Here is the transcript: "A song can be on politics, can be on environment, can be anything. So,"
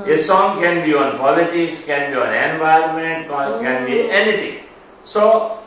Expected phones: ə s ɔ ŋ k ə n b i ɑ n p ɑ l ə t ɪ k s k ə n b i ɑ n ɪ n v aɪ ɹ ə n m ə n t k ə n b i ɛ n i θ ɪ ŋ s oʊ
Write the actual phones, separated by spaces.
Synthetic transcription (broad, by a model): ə s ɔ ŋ k ə n b i ɑ n p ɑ l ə t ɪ k s k ə n b i ɑ n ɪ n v aɪ ə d m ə n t k ə n b i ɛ n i t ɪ ŋ s oʊ